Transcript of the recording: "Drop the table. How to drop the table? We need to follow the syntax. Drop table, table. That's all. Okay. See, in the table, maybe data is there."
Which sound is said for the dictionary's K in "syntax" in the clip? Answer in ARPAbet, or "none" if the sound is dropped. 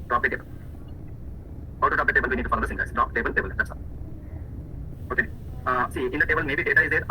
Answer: none